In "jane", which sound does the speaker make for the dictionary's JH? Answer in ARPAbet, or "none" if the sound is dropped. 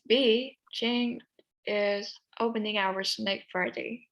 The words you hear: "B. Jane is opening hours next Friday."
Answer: CH